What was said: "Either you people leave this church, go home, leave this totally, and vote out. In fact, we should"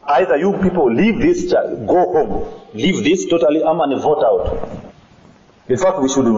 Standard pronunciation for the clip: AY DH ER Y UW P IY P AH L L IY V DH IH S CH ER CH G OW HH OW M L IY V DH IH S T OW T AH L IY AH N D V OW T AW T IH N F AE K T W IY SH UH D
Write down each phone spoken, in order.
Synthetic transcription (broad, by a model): AY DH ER Y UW P IY P AH L L IY V DH IH S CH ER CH G OW HH OW M L IY V DH IH S T OW T AH L IY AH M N V OW T AW T IH N F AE K T W IY SH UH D